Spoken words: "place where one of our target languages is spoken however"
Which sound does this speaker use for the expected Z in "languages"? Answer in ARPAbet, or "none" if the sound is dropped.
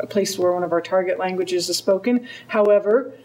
Z